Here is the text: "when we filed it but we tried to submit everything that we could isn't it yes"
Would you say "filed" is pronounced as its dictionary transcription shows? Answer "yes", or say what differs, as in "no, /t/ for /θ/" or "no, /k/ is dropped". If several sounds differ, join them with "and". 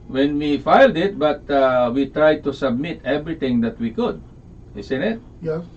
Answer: yes